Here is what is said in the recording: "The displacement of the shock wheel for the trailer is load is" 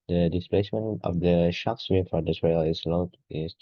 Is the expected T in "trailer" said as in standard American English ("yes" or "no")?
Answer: no